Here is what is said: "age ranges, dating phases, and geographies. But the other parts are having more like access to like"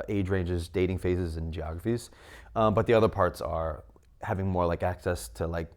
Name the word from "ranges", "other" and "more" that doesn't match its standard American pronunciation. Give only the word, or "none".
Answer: none